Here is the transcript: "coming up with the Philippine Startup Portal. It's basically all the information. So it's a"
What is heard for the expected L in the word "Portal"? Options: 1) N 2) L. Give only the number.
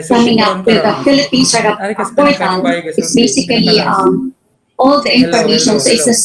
1